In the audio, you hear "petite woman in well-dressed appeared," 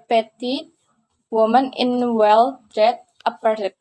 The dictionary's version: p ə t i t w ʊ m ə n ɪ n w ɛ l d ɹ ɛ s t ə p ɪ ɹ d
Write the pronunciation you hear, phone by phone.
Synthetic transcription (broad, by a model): p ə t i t w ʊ m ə n ɪ n w ɛ l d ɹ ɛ t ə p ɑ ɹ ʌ